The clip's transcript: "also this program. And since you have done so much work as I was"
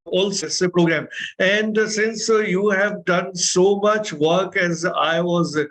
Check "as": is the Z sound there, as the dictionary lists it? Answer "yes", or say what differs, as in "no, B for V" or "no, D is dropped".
yes